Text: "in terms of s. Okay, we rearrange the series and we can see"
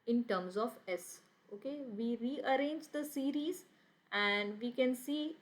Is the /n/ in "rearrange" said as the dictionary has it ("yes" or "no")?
yes